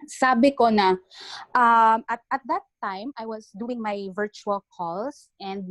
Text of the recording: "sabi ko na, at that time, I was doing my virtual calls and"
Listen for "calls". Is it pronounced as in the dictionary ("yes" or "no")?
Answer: no